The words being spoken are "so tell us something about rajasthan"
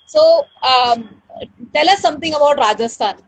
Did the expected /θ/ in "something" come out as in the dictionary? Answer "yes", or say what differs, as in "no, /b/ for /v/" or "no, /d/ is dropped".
no, /t/ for /θ/